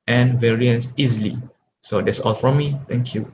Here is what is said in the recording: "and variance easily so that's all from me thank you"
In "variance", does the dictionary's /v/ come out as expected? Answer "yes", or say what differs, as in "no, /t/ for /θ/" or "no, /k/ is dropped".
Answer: yes